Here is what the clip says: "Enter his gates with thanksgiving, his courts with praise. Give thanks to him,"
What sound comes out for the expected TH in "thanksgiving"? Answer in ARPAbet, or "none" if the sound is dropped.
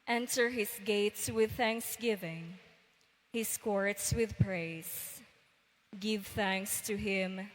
TH